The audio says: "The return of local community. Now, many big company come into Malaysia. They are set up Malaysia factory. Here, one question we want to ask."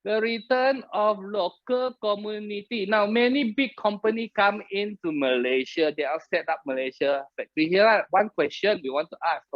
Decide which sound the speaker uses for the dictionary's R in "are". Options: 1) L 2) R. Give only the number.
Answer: 1